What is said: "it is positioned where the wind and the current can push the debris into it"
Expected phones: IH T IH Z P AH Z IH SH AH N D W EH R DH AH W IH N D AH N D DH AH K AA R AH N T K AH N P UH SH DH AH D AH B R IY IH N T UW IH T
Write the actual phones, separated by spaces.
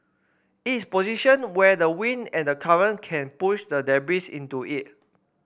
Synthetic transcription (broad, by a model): IH T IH S P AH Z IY SH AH N W EH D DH AH W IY N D AH N D AH K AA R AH N K AH N P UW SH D AH D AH B IY IH N T UW IH T